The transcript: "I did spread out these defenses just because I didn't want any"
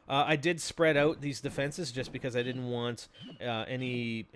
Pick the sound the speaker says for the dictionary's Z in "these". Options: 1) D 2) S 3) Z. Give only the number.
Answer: 3